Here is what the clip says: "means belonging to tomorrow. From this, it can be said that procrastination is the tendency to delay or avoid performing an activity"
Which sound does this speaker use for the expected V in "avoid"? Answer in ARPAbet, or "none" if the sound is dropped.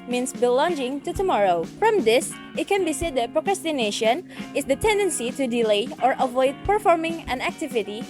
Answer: V